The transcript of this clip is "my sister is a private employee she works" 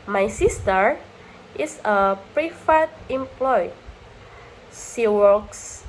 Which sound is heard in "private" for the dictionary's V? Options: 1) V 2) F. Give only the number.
2